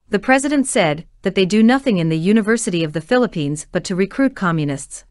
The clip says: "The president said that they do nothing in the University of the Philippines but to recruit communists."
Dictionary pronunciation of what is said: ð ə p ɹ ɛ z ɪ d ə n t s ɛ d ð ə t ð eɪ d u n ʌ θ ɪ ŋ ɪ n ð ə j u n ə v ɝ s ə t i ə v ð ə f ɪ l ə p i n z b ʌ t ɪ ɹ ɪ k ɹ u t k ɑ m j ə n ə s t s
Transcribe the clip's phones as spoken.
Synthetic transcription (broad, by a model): ð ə p ɹ ɛ z ɪ d ə n t s ɛ d ð ə t ð eɪ d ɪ n ʌ θ ɪ ŋ ɪ n ð ə j u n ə v ɝ s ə t i ə v ð ə f ɪ l ə p i n z b ʌ t ɪ ɹ ɪ k ɹ u t k ɑ m j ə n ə s t s